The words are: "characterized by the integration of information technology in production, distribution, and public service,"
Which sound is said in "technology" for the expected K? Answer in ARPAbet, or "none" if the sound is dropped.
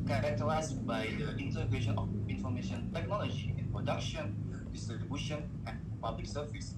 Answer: K